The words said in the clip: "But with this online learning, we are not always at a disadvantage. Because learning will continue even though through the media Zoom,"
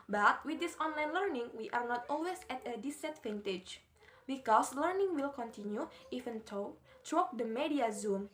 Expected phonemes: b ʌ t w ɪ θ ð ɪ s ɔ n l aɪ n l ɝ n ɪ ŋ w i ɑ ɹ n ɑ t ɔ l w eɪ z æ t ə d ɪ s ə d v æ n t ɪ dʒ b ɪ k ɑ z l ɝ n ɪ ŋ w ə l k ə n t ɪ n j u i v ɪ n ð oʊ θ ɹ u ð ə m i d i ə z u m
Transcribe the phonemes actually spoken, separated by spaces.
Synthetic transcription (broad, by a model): b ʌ t w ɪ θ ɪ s ɔ n l aɪ n l ɝ n ɪ ŋ w i ɑ ɹ n ɑ t ɔ l w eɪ s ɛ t ə d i s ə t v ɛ n t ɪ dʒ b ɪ k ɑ s l ɝ n ɪ ŋ w ə l k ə n t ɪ n j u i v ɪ n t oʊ t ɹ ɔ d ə m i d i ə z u m